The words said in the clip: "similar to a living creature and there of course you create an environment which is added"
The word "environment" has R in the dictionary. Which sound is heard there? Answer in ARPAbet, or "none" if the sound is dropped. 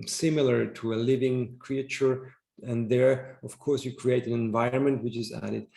R